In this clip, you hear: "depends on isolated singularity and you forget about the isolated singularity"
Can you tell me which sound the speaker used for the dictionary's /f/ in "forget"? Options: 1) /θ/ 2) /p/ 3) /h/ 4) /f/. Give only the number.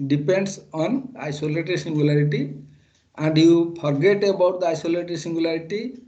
2